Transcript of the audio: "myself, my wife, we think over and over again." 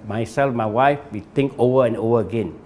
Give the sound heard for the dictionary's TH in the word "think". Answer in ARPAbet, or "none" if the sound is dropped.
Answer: T